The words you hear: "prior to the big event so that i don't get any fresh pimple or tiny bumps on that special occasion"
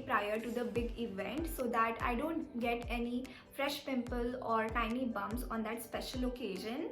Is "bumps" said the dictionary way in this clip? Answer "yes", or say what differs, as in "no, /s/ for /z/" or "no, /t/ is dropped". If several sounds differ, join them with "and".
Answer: no, /p/ is dropped